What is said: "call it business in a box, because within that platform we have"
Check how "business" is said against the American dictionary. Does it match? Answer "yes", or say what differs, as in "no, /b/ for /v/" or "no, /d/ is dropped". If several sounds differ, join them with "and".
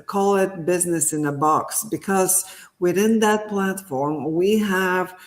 yes